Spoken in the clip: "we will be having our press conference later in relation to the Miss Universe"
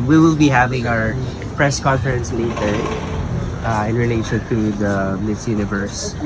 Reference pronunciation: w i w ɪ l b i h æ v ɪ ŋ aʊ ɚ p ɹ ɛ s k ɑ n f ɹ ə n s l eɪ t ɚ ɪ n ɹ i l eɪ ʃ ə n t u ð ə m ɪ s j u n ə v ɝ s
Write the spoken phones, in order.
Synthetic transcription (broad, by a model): w i w ɪ l b i h æ v ɪ ŋ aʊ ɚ p ɹ ɛ s k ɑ n f ɹ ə n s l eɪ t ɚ ɪ n ɹ i l eɪ ʃ ə n t u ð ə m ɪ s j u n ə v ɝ s